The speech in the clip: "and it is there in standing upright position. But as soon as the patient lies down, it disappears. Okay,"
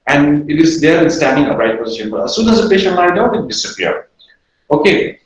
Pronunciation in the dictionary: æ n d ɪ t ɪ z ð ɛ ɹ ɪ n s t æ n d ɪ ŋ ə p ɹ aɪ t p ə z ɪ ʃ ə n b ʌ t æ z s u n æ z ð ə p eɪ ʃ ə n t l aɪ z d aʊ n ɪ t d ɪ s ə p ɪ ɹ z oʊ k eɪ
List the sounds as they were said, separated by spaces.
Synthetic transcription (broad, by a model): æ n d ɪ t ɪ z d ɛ ɹ ɪ n s t æ n d ɪ ŋ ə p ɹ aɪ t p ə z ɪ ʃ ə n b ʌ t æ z s u n æ z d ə p eɪ ʃ ə n t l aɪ d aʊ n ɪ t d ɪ s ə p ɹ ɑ oʊ k eɪ